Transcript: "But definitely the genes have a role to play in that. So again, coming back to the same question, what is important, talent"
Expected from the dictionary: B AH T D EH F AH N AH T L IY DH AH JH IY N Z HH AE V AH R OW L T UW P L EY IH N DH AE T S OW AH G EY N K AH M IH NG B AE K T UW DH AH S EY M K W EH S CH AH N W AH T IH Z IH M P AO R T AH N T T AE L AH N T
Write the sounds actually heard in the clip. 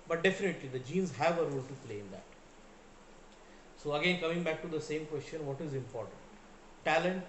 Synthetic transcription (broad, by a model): B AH T D EH F AH N AH T L IY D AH JH IY N Z HH AE V AH R OW L T UW P L EY IH N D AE T S OW AH G EY N K AH M IH NG B AE K T UW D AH S EY M K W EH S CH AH N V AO T IH Z IH M P AO R T AH N T T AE L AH N T